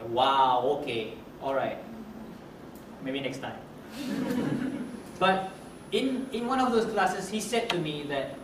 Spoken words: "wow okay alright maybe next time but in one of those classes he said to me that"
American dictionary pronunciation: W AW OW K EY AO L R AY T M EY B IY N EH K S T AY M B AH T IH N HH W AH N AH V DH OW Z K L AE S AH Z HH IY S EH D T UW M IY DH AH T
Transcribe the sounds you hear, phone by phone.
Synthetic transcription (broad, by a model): W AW OW K EY AO L R AY T M EY B IY N EH K S T AY M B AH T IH N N W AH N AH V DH OW S K L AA S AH S HH IY S EH D T UW M IY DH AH T